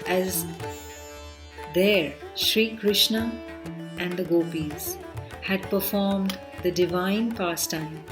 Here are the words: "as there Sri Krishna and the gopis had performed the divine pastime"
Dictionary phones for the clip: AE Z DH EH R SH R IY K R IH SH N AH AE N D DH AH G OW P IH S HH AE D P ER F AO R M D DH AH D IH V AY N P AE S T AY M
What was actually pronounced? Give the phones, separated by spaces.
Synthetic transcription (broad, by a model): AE Z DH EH R SH R IY K R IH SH N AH AE N D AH G OW P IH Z HH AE D P ER F AO R M D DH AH D IH V AY N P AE S T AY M